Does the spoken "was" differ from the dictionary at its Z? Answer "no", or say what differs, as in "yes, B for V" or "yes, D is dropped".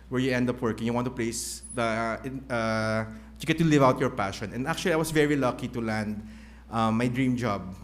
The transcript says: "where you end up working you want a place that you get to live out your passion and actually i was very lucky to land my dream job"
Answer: yes, S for Z